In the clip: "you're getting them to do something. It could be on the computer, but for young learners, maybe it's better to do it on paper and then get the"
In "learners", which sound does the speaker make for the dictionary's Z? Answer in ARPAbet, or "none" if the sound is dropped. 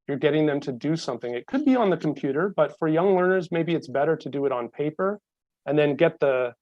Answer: Z